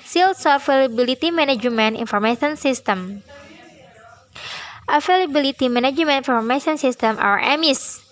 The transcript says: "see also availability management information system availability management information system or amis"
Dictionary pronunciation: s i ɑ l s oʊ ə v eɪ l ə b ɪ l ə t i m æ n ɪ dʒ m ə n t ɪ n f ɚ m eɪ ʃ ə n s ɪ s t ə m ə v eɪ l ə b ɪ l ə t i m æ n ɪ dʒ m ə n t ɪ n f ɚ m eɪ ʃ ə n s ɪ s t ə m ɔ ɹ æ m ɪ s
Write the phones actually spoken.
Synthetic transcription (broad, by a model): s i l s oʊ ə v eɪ l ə b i l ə t i m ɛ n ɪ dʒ m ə n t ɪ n f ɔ m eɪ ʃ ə n s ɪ s t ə m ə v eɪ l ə b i l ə t i m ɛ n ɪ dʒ m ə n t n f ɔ m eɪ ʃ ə n s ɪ s t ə m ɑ w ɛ m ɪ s